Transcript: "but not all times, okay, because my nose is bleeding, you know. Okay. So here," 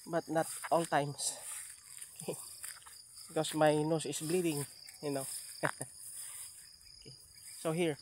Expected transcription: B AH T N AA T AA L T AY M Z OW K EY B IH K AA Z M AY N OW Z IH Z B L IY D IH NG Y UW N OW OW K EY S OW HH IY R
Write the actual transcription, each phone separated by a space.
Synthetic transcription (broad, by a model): B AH T N AA T AA L T AY M S OW K EY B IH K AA S M AY N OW S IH S B L IY D IH NG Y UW N OW OW K EY S OW HH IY R